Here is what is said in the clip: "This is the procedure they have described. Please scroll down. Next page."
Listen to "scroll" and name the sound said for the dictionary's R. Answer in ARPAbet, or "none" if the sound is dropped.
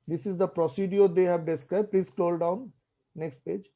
L